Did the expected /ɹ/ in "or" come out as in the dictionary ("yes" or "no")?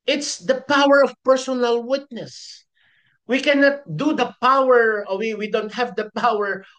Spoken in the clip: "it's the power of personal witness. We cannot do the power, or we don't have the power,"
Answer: no